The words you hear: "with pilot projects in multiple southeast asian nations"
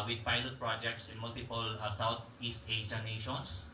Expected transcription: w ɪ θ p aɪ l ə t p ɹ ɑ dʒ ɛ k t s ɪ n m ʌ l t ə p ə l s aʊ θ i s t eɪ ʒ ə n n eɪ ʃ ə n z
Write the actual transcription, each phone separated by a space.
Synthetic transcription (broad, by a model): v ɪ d p aɪ l ə t p ɹ ɑ dʒ ɛ k t s ɪ n m ʌ l t ə p ə l s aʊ t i s t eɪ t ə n n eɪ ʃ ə n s